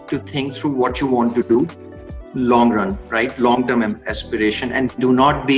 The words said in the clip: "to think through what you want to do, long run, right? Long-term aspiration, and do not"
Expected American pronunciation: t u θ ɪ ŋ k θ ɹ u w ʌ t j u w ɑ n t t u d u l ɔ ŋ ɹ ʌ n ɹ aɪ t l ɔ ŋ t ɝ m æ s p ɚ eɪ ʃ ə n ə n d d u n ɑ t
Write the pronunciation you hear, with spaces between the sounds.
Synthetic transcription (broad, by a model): t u t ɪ ŋ k t ɹ u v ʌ t j u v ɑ n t t u d u l ɔ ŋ ɹ ʌ n ɹ aɪ t l ɔ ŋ t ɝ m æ s p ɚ eɪ ʃ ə n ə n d d u n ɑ t